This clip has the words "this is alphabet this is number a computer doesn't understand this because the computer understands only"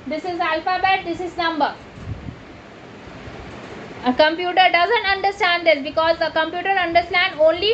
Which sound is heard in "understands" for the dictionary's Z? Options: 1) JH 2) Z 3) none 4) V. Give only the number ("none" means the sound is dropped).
3